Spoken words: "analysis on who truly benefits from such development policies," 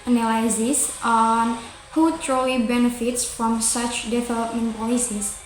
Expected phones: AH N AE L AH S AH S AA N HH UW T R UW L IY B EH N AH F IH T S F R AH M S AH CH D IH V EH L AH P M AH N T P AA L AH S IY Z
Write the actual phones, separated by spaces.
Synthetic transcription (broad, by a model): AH N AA L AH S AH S AA N HH UW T R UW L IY B EH N AH F IH T S F R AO M S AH CH D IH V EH L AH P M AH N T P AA L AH S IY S